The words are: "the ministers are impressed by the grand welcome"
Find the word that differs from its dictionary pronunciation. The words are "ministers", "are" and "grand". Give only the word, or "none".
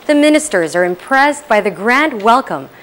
none